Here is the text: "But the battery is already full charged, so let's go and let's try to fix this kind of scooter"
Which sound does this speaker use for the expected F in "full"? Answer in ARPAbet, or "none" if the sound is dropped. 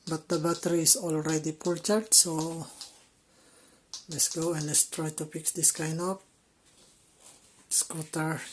P